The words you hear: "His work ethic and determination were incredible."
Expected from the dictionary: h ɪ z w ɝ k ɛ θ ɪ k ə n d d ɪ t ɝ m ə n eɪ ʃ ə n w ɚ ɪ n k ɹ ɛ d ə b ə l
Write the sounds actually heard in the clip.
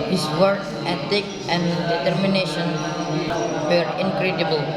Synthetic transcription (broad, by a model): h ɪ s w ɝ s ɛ t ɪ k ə n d d ɪ t ɝ m ə n eɪ ʃ ə n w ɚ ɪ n k ɹ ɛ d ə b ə l